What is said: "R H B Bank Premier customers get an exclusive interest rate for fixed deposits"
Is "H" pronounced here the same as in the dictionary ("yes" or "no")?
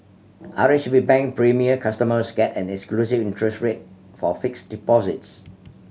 no